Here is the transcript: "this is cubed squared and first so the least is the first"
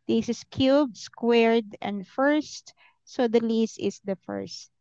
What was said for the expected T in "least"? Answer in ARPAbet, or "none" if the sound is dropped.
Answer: none